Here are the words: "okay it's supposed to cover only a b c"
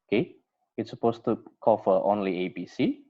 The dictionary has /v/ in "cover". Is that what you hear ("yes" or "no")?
no